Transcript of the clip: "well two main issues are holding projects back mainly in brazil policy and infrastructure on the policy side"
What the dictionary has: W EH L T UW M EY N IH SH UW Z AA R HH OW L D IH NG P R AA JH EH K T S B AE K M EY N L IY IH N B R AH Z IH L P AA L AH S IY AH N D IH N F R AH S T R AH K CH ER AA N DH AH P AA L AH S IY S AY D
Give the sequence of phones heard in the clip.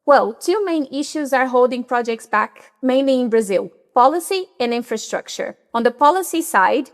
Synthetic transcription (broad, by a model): W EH L T UW M EY N IH SH UW Z AA R HH OW L D IH NG P R AA JH EH K T S B AE K M EY N L IY IH N B R AH Z IH L P AA L AH S IY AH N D IH N F R AH S T R AH K CH ER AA N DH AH P AA L AH S IY S AY D